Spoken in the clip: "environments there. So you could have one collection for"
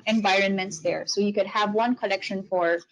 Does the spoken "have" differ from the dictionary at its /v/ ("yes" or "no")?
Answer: no